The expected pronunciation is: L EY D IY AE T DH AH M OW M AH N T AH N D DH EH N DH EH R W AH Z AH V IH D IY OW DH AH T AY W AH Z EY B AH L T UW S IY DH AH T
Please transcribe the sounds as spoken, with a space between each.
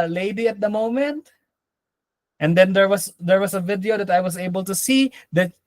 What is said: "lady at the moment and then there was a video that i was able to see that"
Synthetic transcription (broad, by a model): L EY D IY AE T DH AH M OW M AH N T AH N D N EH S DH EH R W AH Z AH V IH D IY OW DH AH T AY W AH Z EY B AH L T UW S IY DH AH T